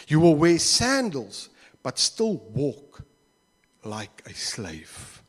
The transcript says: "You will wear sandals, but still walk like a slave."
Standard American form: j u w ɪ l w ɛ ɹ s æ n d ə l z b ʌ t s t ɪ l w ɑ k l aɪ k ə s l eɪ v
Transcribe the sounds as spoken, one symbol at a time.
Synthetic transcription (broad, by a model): j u w ɪ l w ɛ s æ n d ə l z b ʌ t s t ɪ l w ɑ k l aɪ k ə s l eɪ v